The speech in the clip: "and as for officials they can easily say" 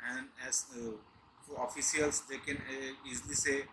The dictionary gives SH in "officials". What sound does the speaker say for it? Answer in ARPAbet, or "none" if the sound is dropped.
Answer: none